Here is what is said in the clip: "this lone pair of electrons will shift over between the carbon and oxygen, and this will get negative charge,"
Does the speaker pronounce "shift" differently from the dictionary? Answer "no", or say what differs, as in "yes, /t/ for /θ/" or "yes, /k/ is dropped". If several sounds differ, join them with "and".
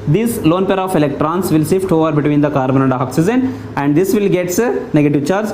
yes, /s/ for /ʃ/